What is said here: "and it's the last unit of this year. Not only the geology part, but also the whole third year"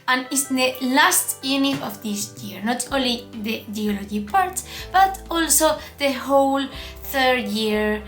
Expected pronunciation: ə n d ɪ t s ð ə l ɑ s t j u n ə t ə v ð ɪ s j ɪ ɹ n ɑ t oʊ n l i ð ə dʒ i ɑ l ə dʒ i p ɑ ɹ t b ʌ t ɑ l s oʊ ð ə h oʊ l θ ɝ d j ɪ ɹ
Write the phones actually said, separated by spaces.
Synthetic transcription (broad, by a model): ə n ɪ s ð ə l ɑ s t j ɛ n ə ə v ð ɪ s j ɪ ɹ n ɑ t oʊ n l i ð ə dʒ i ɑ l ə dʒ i p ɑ ɹ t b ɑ t ɑ l s oʊ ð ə h oʊ l θ ɝ d j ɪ ɹ